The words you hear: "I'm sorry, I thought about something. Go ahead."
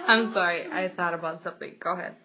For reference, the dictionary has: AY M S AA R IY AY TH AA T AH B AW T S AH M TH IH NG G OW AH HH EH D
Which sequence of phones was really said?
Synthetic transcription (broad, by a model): AY M S AA R IY AY TH AA T AH B AW T S AH M TH IH NG G OW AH HH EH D